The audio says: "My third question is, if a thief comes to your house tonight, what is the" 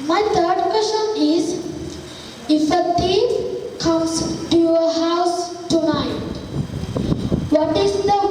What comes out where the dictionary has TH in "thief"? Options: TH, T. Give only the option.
T